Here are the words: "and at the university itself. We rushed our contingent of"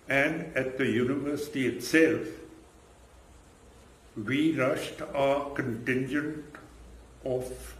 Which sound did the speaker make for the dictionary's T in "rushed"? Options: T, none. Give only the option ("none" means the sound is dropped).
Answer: T